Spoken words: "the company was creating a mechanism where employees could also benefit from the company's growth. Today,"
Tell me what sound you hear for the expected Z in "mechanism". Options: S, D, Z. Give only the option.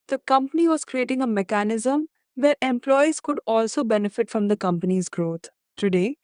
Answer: Z